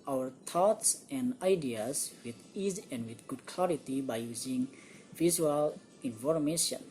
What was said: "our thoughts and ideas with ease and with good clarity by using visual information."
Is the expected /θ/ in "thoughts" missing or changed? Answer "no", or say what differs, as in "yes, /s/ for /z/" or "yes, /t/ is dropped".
yes, /t/ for /θ/